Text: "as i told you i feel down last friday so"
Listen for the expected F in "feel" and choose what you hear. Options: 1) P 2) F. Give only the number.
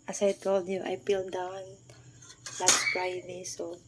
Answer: 1